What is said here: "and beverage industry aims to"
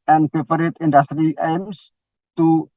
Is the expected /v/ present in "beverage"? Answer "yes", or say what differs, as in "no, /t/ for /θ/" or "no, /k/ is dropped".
no, /p/ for /v/